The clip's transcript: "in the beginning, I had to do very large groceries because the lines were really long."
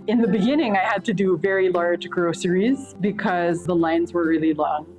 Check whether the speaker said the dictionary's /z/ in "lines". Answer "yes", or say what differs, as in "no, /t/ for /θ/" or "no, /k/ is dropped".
yes